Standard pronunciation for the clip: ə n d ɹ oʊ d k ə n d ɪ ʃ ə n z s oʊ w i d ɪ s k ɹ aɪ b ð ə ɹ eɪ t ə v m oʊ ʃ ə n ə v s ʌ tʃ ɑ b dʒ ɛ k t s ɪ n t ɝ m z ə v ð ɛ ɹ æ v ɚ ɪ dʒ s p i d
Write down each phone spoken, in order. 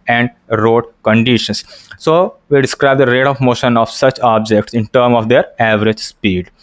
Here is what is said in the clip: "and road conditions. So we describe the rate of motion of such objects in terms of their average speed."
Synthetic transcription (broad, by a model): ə n d ɹ oʊ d k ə n d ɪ ʃ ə n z s oʊ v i d ɪ s k ɹ aɪ b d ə ɹ eɪ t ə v m oʊ ʃ ə n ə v s ʌ tʃ ɑ b dʒ ɛ k t s ɪ n t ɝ m ə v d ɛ ɹ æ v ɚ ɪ dʒ s p i d